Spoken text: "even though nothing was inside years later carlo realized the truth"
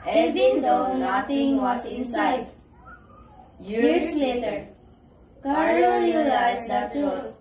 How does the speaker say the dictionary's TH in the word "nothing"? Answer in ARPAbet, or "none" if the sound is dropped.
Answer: T